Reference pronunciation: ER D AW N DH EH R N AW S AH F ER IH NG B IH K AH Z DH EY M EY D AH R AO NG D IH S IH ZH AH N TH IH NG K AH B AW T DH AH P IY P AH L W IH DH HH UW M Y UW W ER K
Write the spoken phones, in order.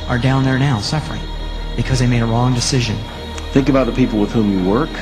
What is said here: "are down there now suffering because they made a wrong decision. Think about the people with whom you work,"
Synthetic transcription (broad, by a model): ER D AW N DH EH R N AW S AH F ER IH NG B IH K AH Z DH EY M EY D AH R AO NG D IH S IH ZH AH N TH IH NG K AH B AW T DH AH P IY P L W IH DH HH UW M Y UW W ER K